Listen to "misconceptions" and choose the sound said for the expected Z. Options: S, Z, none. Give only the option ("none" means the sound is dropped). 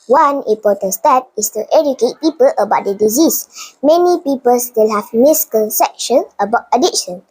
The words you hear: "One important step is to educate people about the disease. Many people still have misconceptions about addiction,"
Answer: none